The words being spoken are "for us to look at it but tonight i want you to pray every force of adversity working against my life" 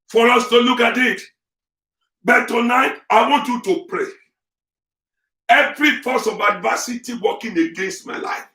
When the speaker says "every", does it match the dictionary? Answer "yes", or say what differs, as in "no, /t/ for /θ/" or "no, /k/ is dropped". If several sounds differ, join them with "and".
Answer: yes